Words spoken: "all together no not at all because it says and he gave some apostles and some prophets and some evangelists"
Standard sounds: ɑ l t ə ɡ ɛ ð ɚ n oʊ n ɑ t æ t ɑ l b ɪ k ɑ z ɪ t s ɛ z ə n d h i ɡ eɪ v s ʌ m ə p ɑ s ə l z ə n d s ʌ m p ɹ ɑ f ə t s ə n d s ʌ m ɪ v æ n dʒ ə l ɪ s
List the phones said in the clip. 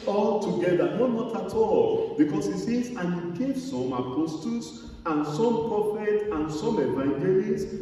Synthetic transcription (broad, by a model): ɑ l t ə ɡ ɛ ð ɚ n oʊ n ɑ t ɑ t ɑ l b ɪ k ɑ s ɪ t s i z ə n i ɡ eɪ v s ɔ m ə p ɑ s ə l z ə n s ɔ m p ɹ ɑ f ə t ə n s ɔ m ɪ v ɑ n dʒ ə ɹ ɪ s